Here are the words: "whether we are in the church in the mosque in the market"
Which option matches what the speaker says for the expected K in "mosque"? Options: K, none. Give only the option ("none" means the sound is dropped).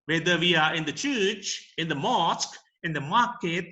K